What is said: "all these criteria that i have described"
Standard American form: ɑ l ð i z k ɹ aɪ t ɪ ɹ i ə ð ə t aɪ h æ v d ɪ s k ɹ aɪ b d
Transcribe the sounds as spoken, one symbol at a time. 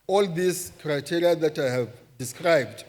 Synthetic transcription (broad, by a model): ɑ l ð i s k ɹ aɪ t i ɹ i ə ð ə t aɪ h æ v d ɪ s k ɹ aɪ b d